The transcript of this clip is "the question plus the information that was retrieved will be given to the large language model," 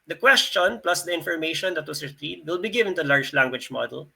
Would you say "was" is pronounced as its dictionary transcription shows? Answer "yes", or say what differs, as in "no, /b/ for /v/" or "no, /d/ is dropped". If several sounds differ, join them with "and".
no, /s/ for /z/